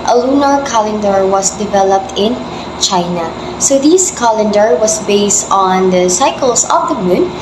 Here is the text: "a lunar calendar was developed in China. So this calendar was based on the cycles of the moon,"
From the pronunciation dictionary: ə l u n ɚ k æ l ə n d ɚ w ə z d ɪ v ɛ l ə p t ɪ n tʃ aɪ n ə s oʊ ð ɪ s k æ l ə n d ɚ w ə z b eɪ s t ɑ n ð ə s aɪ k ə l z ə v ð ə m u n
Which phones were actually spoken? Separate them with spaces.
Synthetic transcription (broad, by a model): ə l u n ɚ k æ l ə n d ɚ w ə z d ɪ v ɛ l ə p t ɪ n tʃ aɪ n ə s oʊ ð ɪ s k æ l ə n d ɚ w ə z b eɪ s t ɑ n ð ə s aɪ k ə l s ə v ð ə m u n